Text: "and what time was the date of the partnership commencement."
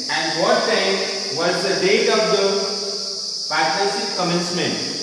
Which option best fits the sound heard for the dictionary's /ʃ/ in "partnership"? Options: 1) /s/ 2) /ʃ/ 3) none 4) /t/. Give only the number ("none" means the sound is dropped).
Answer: 1